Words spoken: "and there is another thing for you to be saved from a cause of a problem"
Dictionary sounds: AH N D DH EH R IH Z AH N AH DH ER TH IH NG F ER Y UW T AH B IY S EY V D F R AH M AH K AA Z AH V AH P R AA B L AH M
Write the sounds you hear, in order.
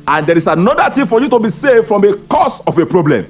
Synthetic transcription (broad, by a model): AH N D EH R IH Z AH N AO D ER T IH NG F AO Y UW T AH B IY S EY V F R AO M AH K AA S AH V AH P R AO B L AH M